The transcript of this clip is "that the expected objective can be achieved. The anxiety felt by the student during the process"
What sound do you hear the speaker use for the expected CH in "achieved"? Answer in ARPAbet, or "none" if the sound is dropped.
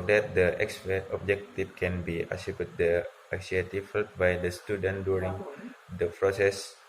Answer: S